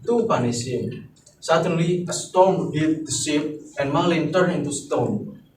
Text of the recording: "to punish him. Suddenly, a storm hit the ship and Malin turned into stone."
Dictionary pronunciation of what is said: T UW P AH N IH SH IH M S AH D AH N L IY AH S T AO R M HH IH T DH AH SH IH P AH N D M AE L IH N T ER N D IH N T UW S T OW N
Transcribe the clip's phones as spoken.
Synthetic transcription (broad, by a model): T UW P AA N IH S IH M S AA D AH N L IY AH S T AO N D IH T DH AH S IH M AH N M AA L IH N T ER N IH N T UW S T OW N